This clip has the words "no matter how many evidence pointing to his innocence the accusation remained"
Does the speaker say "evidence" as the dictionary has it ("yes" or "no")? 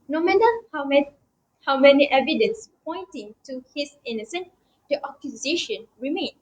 yes